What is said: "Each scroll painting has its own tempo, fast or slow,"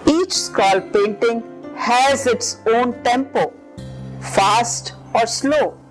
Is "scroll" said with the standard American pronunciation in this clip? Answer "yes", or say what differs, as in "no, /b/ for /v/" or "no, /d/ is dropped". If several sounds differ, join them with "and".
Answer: no, /ɹ/ is dropped